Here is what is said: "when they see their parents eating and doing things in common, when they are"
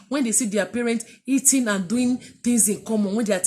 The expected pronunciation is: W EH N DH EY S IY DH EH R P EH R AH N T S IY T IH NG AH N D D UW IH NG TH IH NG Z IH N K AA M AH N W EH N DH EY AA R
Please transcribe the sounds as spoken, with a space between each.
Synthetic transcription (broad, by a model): W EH N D EY S IY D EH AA P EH R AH N T IY T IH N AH N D D UW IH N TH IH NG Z IH N K AA M AH N W EH N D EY AA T